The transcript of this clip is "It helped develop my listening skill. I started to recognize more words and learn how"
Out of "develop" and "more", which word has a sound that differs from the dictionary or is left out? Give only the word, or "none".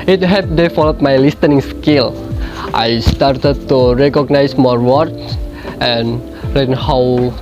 develop